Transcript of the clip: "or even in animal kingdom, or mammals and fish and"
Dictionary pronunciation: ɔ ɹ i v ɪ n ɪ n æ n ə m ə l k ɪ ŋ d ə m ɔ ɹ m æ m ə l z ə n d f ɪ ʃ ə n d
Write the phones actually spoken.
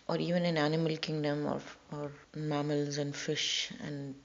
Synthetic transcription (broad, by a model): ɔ ɹ i v ɪ n ɪ n æ n ə m ə l k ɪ ŋ d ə m ɔ ɹ m æ m ə l z ə n d f ɪ ʃ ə n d